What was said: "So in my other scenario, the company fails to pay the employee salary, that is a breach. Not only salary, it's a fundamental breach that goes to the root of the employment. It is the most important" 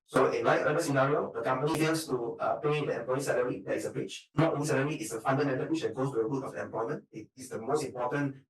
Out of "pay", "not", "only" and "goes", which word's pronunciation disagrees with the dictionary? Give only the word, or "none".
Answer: goes